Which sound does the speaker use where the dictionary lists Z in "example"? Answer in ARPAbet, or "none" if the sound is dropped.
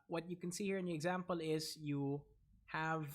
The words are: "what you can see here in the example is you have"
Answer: Z